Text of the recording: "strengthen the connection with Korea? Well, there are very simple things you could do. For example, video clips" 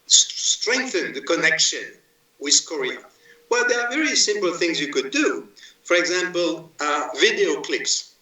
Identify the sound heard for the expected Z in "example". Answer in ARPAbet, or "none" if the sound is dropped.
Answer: Z